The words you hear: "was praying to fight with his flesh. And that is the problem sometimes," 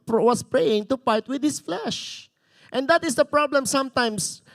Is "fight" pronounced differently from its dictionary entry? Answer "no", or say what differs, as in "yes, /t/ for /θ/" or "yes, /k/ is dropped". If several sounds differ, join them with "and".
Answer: yes, /p/ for /f/